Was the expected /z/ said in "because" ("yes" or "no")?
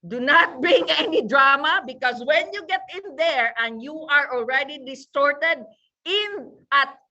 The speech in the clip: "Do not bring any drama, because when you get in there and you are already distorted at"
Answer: no